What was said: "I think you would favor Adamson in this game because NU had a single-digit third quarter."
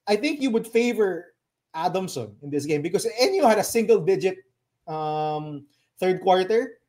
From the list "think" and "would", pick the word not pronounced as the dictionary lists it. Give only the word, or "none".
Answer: none